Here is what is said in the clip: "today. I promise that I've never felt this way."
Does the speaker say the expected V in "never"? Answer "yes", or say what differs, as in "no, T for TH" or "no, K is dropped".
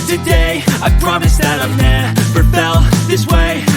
no, P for V